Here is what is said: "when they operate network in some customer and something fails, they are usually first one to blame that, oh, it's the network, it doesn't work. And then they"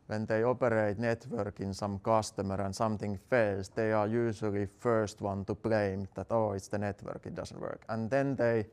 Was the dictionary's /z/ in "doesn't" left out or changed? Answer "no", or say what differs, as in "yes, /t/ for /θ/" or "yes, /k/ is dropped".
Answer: yes, /s/ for /z/